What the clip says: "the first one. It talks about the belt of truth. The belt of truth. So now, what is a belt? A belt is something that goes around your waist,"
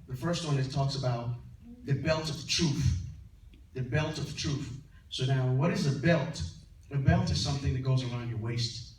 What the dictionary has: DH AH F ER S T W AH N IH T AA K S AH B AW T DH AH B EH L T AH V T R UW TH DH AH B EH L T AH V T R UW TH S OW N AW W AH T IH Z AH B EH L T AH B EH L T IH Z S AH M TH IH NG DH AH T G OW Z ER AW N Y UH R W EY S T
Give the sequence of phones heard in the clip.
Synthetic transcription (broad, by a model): DH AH F ER S T W AH N IH T AA K S AH B AW T DH AH B EH L T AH V T R UW TH DH AH B EH L T AH V T R UW TH S OW N AW W AH T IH Z AH B EH L T AH B EH L T IH Z S AH M TH IH NG DH AH T G OW Z ER AW N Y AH R W EY S T